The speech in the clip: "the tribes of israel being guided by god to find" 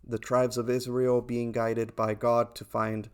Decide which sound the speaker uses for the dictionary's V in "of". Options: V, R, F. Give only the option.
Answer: V